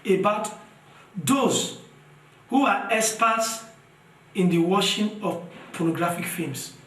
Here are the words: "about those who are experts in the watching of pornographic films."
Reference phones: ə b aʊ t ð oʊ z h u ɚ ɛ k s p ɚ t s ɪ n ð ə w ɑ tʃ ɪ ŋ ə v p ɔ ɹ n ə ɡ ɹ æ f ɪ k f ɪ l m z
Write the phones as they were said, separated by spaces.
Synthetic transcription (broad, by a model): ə b aʊ t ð oʊ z h u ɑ ɛ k s p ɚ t s ɪ n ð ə w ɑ ʃ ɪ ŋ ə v p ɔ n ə ɡ ɹ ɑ f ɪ k f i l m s